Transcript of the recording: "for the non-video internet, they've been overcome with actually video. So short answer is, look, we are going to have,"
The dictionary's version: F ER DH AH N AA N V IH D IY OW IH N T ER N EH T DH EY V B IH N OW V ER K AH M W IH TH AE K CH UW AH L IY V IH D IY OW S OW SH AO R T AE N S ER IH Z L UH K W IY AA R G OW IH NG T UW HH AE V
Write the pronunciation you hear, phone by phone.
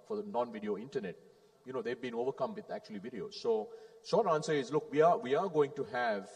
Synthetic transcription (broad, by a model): F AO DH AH N AA N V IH D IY OW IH N T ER N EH T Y EY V B IH N OW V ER K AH M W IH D AE K CH UW AH L IY V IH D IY OW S OW S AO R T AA N S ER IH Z L UH K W IY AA W G OW IH NG T UW HH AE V